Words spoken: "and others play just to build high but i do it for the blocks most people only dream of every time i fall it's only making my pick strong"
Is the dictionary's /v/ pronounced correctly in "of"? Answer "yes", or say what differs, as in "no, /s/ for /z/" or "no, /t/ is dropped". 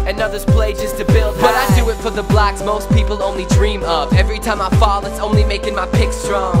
no, /p/ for /v/